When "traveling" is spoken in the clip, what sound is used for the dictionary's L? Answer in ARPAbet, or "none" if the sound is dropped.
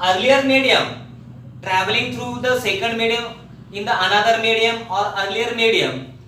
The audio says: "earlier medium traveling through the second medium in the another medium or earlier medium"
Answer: L